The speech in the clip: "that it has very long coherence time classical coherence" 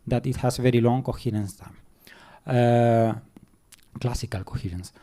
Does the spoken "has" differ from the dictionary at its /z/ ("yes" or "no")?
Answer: yes